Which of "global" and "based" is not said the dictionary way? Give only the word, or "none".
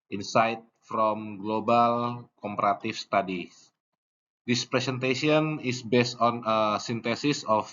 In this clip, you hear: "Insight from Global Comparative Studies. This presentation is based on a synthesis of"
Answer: none